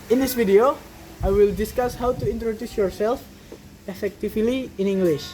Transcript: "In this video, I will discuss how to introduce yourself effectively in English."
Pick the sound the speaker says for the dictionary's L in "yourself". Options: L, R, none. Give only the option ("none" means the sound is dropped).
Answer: L